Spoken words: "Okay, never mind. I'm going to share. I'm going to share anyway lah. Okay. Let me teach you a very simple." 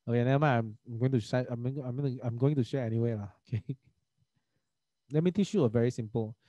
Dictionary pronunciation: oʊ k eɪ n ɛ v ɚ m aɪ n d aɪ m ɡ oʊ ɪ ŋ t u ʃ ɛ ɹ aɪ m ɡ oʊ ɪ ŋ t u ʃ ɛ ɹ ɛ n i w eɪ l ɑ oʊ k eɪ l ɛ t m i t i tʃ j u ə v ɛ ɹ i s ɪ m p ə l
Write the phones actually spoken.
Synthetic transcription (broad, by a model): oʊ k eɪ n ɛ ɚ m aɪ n aɪ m ɡ oʊ ɪ ŋ t u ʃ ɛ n aɪ m ɡ oʊ ɪ ŋ t u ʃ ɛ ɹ ɛ n i w eɪ l ɑ oʊ k eɪ l ɛ t m i t i tʃ j u ə v ɛ ɹ i s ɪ m p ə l